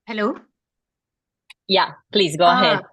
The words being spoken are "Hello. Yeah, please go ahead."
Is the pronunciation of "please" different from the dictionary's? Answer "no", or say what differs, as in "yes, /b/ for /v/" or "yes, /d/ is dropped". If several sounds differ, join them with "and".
no